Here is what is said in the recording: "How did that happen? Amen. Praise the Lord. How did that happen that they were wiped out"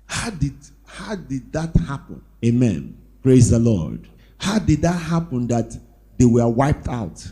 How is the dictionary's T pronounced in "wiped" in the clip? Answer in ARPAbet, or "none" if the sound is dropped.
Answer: T